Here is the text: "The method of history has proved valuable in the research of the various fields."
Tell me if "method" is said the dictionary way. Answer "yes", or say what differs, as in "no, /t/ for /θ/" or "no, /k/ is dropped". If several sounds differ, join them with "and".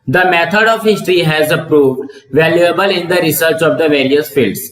no, /t/ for /θ/